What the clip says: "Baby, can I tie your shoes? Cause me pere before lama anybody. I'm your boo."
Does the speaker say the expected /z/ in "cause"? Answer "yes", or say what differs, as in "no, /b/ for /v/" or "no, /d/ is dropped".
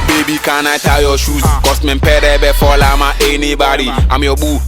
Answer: no, /s/ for /z/